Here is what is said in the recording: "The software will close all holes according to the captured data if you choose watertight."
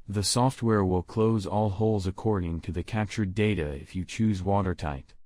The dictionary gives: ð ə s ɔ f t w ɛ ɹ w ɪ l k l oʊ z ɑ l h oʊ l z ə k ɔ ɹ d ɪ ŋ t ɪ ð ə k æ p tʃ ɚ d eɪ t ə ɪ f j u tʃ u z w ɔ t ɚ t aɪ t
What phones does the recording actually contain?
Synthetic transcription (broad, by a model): ð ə s ɔ f t w ɛ ɹ w ɪ l k l oʊ z ɑ l h oʊ l z ə k ɔ ɹ d ɪ ŋ t ɪ ð ə k æ p tʃ ɚ d eɪ t ə ɪ f j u tʃ u z w ɔ t ɚ t aɪ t